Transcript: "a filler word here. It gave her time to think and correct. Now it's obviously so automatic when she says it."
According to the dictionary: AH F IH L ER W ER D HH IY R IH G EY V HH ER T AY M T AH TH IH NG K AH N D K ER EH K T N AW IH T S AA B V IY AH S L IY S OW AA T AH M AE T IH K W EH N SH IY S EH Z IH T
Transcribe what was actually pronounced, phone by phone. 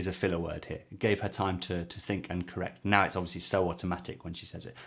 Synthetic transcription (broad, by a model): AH F IH L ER W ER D HH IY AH IH G EY V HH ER T AY M T AH TH IH NG K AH N K ER EH K T N AW IH T S AA B V IY AH S L IY S OW AA T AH M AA T IH K W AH N SH IY S EH Z IH T